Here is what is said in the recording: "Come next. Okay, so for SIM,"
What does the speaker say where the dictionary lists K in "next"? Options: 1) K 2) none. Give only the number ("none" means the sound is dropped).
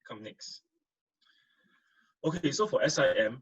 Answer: 1